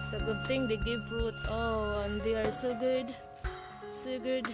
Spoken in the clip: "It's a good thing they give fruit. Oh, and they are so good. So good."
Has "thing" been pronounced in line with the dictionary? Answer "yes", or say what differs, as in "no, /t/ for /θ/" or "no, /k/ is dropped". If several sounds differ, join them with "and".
no, /t/ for /θ/